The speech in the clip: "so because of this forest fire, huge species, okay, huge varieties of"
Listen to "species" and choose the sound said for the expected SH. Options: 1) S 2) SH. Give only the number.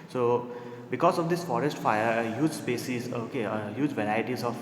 1